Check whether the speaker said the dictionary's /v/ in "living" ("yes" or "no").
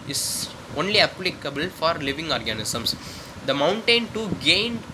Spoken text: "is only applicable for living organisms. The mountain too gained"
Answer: yes